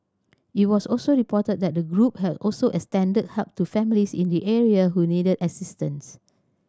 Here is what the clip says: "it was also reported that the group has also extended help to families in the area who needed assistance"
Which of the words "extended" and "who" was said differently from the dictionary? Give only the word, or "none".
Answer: extended